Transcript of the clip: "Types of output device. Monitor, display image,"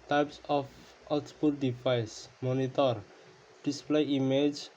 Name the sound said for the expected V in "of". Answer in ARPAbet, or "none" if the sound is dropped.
P